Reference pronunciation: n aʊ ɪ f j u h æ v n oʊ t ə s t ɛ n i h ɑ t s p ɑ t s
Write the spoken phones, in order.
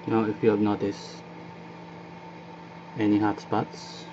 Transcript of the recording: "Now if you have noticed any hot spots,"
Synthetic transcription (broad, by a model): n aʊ ɪ f j u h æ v n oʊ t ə s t ɛ n i h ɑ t s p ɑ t s